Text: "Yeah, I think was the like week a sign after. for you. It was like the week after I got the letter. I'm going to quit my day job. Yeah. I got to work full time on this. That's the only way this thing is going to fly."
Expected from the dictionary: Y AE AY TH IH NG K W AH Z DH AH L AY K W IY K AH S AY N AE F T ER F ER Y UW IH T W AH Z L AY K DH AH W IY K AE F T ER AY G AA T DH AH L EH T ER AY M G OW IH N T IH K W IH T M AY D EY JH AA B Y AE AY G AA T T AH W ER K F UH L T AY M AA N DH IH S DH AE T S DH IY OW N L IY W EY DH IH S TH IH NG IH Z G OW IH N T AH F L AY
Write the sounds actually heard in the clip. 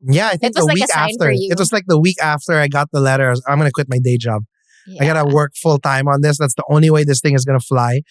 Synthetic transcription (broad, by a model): Y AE AY TH IH NG K DH AH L W IY K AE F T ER ER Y IH T W AH Z L AY K DH AH W IY K AE F T ER AY G AA T DH AH L EH T ER AY M G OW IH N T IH K W IH T M AY D EY JH AA B AY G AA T T AH W ER K F UH L T AY M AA N DH IH S DH AE T S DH IY OW N L IY W EY DH IH S TH IH NG IH Z G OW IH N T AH F L AY